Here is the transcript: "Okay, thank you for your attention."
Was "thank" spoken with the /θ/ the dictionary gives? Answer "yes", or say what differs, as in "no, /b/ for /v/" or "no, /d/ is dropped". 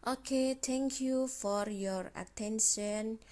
no, /t/ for /θ/